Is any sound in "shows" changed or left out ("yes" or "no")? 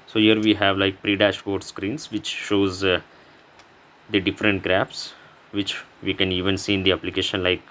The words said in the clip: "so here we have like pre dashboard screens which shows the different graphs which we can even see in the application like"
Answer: no